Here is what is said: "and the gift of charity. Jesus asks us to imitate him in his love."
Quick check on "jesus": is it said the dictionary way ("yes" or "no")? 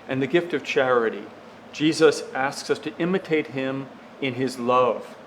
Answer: yes